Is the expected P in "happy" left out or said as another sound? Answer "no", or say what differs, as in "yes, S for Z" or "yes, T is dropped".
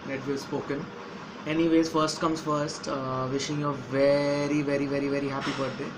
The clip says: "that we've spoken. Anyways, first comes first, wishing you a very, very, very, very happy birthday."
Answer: no